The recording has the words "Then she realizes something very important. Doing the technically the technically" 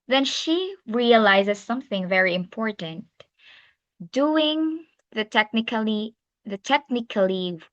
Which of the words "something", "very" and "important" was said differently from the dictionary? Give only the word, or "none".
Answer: none